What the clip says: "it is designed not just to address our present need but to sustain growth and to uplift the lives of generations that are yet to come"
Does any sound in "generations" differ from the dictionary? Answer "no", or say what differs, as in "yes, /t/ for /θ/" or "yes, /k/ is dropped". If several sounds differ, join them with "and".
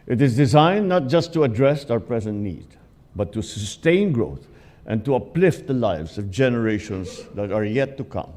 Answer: yes, /s/ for /z/